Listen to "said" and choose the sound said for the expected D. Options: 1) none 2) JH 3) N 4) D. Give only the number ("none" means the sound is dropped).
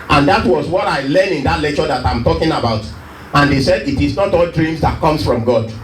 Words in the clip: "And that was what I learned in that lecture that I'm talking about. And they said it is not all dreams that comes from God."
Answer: 4